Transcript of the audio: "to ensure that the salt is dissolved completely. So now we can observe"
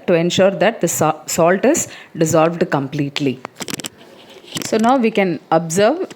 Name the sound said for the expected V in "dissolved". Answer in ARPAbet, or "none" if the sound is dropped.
V